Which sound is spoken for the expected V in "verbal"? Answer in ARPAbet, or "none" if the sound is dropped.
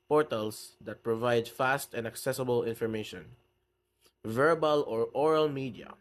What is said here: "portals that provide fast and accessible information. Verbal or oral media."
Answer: V